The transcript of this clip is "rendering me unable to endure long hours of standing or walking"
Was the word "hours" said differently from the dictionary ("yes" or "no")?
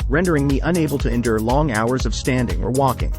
no